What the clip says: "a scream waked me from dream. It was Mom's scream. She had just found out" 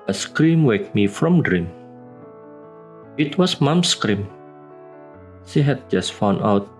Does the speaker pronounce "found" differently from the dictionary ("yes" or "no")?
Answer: yes